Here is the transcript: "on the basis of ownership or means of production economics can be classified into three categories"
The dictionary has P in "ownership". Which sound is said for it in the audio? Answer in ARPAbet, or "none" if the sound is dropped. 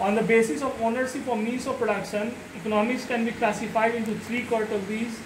F